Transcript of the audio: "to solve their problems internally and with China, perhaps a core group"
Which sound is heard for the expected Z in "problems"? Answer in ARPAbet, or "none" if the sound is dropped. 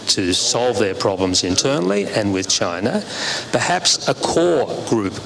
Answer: Z